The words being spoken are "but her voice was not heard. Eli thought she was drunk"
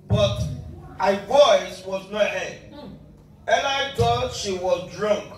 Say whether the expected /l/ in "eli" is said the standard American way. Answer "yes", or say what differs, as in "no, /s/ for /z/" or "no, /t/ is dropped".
no, /n/ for /l/